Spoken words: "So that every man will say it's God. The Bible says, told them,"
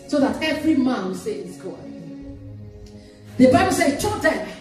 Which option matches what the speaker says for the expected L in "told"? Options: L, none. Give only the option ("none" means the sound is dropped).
none